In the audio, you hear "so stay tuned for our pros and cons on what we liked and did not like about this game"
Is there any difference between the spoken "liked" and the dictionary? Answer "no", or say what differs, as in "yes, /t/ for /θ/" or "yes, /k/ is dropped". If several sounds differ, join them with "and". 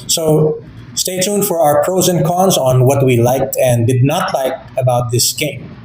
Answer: no